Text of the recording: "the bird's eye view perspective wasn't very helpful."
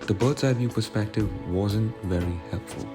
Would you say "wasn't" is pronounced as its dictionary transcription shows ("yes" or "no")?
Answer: yes